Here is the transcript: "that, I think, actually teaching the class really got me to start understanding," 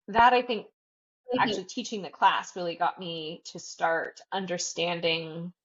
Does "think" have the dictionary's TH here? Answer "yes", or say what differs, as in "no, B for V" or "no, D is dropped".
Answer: yes